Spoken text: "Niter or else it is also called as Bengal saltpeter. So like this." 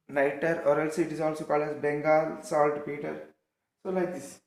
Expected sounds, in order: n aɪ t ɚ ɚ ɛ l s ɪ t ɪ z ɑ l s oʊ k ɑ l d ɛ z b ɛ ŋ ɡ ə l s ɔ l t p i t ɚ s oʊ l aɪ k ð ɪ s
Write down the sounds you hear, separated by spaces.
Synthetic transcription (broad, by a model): n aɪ t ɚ ɚ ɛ l s ɪ t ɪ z ɑ l s oʊ k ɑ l ɛ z b ɛ ŋ ɡ ə l s ɔ l t p i t ɚ s oʊ l aɪ k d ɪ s